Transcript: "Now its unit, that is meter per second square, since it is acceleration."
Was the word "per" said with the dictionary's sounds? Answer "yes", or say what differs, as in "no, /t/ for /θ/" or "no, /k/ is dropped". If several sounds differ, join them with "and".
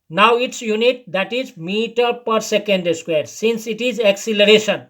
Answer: yes